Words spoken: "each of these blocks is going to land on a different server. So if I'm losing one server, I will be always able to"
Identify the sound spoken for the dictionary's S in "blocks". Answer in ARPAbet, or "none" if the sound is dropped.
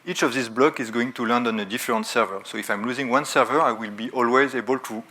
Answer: none